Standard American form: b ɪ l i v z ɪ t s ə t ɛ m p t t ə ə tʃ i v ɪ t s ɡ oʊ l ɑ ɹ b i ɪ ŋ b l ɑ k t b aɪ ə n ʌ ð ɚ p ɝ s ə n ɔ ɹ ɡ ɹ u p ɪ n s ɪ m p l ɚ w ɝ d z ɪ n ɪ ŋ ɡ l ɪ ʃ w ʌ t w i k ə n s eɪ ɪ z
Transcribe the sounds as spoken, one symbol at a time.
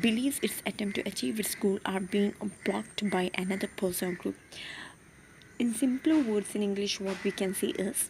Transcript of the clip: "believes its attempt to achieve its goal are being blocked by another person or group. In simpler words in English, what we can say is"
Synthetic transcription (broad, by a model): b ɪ l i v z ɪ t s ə t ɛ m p t t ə ə tʃ i v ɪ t s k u l ɑ ɹ b i ɪ ŋ b l ɑ k t b aɪ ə n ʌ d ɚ p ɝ s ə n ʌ l ɡ ɹ u p ɪ n s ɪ m p l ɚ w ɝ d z ɪ n ɪ ŋ ɡ l ɪ ʃ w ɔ t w i k ə n s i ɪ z